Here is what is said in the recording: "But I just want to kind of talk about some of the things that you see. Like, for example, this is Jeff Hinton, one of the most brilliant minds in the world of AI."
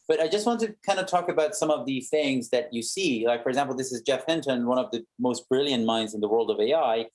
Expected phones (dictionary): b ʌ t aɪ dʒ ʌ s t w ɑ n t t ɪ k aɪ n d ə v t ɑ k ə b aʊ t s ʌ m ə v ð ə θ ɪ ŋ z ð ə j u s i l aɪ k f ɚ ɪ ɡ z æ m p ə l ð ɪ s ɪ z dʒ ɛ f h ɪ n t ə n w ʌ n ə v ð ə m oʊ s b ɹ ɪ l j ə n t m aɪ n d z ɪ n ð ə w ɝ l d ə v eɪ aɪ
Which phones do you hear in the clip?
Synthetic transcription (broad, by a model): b ʌ t aɪ dʒ ʌ s t w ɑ n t t ɪ k aɪ n d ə t ɑ k ə b aʊ t s ʌ m ə v ð ə θ ɪ ŋ z ð ə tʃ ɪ s i l aɪ k f ɚ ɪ ɡ z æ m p l ð ɪ s ɪ z dʒ ɛ f h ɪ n t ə n w ʌ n ə v ð ə m oʊ s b ɹ ɪ l j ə n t m aɪ n d z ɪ n ð ə w ɝ l d ə v eɪ aɪ